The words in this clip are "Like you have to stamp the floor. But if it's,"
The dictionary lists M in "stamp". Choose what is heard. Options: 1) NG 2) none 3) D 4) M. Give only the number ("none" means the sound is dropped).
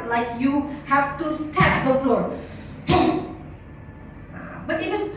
2